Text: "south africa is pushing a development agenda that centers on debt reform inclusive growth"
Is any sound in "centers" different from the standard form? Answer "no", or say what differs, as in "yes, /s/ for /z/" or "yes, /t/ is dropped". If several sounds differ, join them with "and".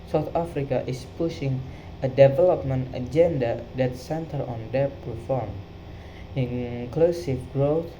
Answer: yes, /z/ is dropped